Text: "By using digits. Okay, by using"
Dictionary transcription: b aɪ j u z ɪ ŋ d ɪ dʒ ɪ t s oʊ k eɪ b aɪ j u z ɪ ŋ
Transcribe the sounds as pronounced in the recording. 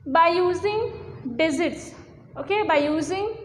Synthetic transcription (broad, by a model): b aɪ j u z ɪ ŋ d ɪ z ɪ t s oʊ k eɪ b aɪ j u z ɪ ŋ